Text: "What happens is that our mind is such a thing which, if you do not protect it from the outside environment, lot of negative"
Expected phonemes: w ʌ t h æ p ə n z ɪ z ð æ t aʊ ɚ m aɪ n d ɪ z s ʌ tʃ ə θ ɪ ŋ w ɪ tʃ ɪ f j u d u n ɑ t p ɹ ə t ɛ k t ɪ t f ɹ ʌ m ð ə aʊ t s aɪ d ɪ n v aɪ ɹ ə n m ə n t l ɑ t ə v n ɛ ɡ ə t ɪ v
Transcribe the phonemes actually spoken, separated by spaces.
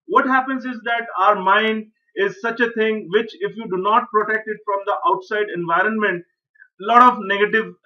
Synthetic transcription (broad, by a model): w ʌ t h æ p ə n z ɪ z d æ t aʊ ɚ m aɪ n d ɪ z s ʌ tʃ ə t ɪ ŋ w ɪ tʃ ɪ f j u d u n ɑ t p ɹ ə t ɛ k t ɪ t f ɹ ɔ m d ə aʊ t s aɪ d ɪ n v aɪ ɹ ə n m ə n t l ɑ t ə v n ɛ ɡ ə t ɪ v